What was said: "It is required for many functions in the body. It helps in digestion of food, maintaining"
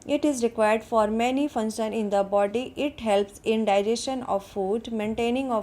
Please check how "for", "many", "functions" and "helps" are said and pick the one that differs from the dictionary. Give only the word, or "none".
functions